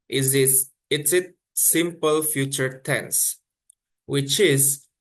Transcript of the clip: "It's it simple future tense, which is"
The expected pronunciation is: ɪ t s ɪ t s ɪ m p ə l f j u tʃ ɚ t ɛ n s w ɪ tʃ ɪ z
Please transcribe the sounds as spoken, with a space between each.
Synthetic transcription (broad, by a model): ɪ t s ɪ t s ɪ m p ə l f j u tʃ ɚ t ɛ n s w ɪ tʃ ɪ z